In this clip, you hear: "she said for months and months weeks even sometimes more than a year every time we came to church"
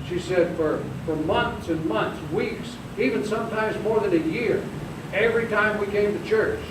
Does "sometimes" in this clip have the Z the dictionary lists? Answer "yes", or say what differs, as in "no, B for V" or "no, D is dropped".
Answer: yes